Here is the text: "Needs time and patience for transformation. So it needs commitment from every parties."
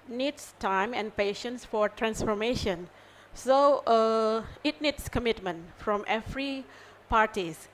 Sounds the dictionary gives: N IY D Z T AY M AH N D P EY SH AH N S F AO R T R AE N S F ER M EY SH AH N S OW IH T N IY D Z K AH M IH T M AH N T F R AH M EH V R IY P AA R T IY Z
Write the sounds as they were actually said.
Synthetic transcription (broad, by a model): N IY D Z T AY M AH N D P EY SH AH N S F AO R T R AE N S F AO M EY SH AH N S OW IH T N IY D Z K AH M IH T M AH N T F R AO M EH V R IY P AA R T IY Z